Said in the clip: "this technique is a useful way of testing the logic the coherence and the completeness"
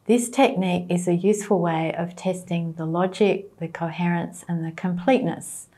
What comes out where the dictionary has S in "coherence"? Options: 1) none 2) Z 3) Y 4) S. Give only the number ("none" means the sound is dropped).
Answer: 4